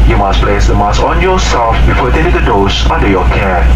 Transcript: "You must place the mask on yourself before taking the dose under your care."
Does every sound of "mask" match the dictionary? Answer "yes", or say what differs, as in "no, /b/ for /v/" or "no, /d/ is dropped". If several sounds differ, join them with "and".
no, /k/ is dropped